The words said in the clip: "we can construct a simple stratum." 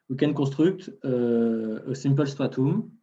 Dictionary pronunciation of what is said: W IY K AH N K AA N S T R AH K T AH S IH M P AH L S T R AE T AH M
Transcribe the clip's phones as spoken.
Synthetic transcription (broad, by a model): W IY K AH N K AA S T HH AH K T AH S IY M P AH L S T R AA T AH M